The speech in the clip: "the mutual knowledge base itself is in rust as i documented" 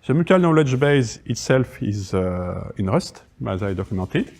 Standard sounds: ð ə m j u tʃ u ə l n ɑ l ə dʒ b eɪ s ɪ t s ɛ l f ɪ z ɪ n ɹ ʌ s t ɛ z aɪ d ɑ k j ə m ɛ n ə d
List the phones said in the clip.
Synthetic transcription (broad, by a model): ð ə m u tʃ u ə l n ɑ l ə dʒ b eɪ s ɪ t s ɛ l f ɪ z ɪ n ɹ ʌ s t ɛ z aɪ d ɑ k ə m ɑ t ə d